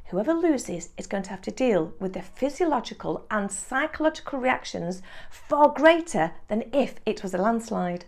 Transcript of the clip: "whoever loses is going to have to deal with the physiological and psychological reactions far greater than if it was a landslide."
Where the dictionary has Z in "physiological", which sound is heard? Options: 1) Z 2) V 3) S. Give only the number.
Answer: 1